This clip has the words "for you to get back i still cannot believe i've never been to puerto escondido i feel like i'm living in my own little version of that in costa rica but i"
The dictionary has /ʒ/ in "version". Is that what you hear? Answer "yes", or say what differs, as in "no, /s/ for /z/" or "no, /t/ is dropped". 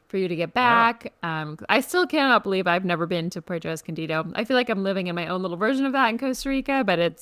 yes